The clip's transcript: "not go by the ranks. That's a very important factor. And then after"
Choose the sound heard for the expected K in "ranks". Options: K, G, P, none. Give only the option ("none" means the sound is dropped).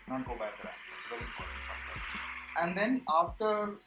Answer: none